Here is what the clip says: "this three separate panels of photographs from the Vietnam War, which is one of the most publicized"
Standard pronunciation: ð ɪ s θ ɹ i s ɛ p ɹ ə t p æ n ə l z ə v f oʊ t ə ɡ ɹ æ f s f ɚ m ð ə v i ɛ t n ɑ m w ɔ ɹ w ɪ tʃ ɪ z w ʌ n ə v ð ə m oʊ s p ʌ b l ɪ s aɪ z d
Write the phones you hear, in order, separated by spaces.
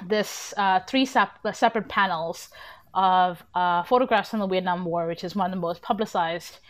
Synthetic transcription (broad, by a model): ð ɪ s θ ɹ i s ɛ p ɹ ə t p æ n l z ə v f oʊ t ə ɡ ɹ æ f s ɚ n ð ə w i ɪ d n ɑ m w ɔ ɹ w ɪ tʃ ɪ z w ʌ n ə v ð ə m oʊ s p ʌ b l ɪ s aɪ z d